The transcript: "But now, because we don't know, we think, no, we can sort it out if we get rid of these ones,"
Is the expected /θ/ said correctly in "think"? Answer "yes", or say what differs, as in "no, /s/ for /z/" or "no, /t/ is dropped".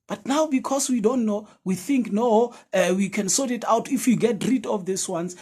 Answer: yes